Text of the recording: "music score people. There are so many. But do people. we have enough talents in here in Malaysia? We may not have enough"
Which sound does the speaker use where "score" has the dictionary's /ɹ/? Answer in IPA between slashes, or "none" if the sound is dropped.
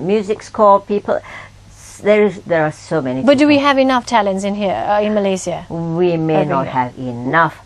/l/